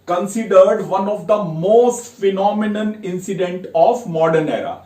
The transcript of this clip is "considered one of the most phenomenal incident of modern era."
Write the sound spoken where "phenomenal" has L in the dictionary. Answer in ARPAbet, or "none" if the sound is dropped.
N